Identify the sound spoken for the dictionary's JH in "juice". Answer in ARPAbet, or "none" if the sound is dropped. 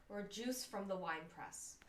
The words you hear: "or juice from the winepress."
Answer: JH